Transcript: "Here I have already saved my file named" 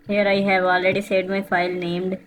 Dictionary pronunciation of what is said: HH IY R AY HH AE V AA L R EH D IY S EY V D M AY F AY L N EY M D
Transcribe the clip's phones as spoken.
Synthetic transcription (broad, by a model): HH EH R AY HH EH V AA L R EH D IY S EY D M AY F AY L N EY M D